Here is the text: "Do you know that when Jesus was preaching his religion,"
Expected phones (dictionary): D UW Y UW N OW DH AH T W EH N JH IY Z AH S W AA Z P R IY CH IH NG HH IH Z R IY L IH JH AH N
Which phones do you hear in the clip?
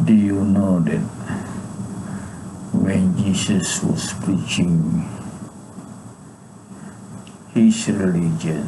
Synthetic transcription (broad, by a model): D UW Y UW N OW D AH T W EH N JH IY S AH S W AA S P R IY CH IH NG HH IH S R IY L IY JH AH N